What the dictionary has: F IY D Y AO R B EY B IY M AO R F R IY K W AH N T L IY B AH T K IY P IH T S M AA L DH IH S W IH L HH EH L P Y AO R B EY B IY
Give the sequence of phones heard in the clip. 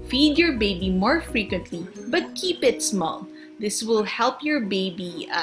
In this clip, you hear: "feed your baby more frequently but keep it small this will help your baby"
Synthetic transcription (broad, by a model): F IY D Y AO R B EY B IY M AO R F R IY K W AH N T L IY B AH T K IY P IH T S M AA L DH IH S W IH L HH EH L P Y AO R B EY B IY